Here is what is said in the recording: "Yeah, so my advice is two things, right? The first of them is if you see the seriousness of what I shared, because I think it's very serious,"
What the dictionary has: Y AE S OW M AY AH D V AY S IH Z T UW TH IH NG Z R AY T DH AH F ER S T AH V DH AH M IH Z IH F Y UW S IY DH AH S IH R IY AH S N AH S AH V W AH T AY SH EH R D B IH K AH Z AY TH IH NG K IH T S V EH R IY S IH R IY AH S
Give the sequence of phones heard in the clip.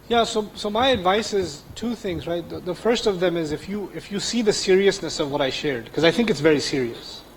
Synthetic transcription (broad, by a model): Y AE S OW M AY AH D V AY S IH Z T UW TH IH NG Z R AY T DH AH F ER S T AH V DH AH M IH Z IH F Y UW S IY DH AH S IH R IY AH S N AH S AH V W AH T AY SH EH R D K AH Z AY TH IH NG K IH T S V EH R IY S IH R IY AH S